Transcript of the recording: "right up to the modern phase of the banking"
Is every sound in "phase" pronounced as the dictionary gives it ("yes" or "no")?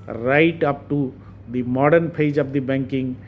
no